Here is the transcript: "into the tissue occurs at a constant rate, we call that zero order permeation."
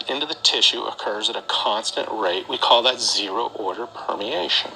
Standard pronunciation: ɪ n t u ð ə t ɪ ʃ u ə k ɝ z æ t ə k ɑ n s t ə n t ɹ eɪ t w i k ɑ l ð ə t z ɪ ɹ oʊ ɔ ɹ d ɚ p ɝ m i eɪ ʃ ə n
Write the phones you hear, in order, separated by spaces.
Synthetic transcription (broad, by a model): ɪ n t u ð ə t ɪ ʃ u ə k ɝ z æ t ə k ɑ n s t ə n t ɹ eɪ t w i k ɑ l ð ə t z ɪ ɹ oʊ ɔ ɹ d ɚ p ɝ m i eɪ ʃ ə n